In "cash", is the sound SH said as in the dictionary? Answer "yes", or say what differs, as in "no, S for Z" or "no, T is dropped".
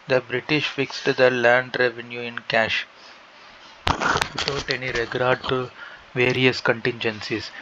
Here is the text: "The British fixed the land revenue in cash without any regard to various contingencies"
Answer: yes